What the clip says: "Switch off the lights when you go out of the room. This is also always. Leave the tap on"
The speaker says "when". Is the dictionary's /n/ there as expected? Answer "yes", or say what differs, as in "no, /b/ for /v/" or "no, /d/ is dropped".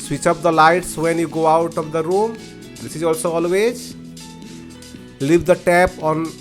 yes